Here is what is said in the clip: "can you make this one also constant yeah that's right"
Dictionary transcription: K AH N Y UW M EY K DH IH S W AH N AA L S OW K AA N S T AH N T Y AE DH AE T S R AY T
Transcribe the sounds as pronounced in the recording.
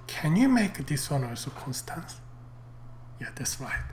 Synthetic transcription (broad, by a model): K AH N Y UW M EY K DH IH S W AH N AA S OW K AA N S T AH N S Y AE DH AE T S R AY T